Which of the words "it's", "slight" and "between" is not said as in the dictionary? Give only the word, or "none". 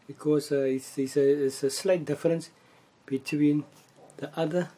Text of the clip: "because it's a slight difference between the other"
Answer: it's